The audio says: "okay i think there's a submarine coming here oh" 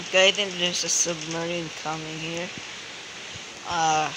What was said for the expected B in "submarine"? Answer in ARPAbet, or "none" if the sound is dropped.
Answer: B